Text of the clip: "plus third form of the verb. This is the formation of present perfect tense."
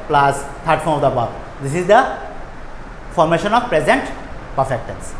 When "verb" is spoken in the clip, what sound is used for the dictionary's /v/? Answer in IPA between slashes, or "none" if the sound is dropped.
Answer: /b/